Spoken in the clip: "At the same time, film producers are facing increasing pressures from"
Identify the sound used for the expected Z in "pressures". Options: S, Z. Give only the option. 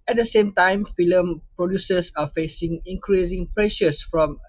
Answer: S